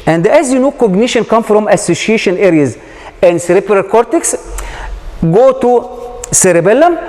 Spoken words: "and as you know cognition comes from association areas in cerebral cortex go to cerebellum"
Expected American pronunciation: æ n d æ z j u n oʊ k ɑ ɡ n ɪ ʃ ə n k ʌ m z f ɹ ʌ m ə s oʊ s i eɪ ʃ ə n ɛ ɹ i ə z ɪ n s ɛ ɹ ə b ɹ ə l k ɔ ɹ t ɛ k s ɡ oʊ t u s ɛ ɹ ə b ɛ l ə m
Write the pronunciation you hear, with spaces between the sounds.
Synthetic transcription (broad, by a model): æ n d æ z j u n oʊ k ɑ ɡ n ɪ ʃ ə n k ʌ m f ɹ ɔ m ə s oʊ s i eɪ ʃ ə n ɛ ɹ i ə z ɪ n s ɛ ɹ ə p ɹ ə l k ɔ ɹ t ɛ k s ɡ oʊ t u s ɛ ɹ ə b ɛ l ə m